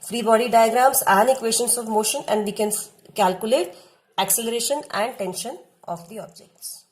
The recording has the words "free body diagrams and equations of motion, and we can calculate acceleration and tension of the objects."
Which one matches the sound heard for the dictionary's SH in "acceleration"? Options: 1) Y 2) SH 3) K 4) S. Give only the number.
2